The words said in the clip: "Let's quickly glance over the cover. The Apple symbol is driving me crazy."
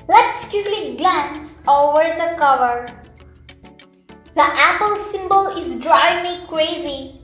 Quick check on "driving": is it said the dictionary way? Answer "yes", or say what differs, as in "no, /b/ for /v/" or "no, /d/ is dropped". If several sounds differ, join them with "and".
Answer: no, /v/ is dropped